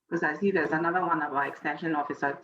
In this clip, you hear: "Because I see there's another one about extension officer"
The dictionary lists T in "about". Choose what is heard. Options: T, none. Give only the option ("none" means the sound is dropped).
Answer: none